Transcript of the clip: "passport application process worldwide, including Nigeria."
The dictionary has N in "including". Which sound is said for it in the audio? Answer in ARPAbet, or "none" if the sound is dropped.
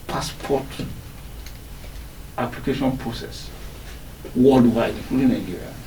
none